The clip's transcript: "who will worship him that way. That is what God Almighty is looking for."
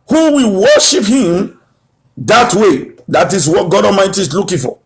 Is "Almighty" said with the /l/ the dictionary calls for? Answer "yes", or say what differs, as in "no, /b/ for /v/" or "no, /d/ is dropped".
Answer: no, /l/ is dropped